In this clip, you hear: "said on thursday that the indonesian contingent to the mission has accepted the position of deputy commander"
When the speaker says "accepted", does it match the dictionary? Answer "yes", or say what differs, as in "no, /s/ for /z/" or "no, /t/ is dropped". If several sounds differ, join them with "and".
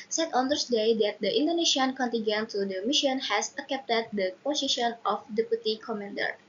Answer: no, /s/ is dropped